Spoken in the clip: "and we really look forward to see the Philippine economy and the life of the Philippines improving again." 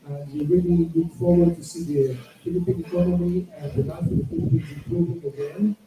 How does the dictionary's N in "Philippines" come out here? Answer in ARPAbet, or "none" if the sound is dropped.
none